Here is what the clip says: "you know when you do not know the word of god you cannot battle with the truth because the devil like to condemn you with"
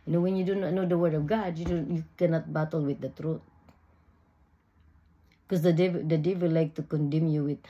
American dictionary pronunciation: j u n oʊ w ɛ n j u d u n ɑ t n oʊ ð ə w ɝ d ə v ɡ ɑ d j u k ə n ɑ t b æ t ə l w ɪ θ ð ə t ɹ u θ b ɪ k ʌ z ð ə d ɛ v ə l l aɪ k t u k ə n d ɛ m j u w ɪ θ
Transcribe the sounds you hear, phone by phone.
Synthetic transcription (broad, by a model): n oʊ w ɛ n j u d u n ɑ t n oʊ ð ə w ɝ ə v ɡ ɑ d j u k ə n ɑ t b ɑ t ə l w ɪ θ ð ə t ɹ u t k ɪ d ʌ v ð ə d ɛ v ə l l aɪ k t u k ə n d ɛ m j u w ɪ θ